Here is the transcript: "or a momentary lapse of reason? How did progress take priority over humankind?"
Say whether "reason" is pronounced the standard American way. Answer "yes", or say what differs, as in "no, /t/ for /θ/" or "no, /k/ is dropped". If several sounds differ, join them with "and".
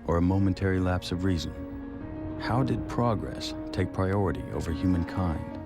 yes